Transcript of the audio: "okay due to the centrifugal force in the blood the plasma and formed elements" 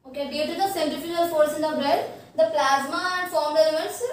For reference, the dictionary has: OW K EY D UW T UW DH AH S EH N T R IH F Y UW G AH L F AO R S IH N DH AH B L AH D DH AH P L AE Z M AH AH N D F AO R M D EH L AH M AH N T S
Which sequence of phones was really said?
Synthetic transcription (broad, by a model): OW K EY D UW T UW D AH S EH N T IH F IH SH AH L F AO R S IH N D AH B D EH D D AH P L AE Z M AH AH N D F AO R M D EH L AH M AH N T S